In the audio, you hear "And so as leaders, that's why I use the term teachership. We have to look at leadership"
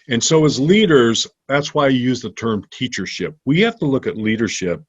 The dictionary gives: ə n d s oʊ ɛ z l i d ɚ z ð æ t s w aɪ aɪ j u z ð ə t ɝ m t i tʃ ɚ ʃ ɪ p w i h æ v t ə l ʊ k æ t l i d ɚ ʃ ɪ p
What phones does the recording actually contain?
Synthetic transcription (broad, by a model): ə n s oʊ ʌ z l i d ɚ z ð æ t s w aɪ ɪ j u z ð ə t ɝ m t i tʃ ɚ ʃ ɪ p w i h æ f t ə l ʊ k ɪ t l i d ɚ ʃ ɪ p